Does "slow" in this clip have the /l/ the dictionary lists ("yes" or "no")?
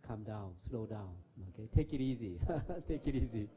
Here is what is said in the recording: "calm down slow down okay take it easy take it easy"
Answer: yes